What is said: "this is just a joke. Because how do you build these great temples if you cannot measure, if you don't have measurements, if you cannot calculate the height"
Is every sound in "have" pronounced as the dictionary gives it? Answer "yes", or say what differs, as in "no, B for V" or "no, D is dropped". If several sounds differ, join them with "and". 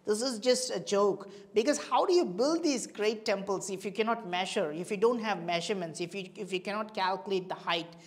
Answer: yes